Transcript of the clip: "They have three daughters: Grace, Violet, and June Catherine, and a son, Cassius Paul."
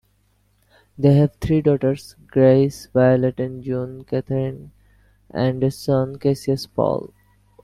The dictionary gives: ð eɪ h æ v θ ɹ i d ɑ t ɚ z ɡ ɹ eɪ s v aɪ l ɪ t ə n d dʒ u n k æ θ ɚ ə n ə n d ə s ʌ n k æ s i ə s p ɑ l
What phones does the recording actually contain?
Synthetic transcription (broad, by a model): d eɪ h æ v t ɹ i d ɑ t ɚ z ɡ ɹ eɪ s v aɪ l ɪ t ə n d dʒ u n k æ t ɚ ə n ə n d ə s ʌ n k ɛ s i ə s p ɑ l